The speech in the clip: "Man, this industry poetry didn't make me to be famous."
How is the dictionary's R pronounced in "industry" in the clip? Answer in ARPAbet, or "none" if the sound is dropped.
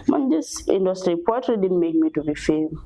R